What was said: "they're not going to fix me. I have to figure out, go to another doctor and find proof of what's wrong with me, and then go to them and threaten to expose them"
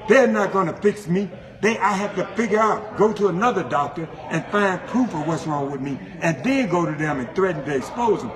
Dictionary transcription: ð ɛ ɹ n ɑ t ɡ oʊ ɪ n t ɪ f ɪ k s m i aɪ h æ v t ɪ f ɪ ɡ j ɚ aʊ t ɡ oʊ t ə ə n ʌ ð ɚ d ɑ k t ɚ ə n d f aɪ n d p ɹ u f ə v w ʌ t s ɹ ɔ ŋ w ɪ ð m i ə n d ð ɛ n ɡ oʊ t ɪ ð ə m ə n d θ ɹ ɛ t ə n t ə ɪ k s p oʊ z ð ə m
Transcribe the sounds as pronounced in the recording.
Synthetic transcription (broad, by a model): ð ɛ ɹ n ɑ t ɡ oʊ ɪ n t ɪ f ɪ k s m i aɪ h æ f t ɪ f ɪ ɡ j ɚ aʊ t ɡ oʊ t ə ə n ʌ ð ɚ d ɑ k t ɚ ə n f aɪ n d p ɹ u f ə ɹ w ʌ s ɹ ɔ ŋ w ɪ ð m i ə n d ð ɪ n ɡ oʊ t ɪ ð ə m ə n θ ɹ ɛ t n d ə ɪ s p oʊ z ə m